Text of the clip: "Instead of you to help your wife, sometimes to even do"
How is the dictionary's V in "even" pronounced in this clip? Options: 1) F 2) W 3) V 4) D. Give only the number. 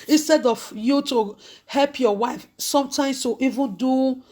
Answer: 3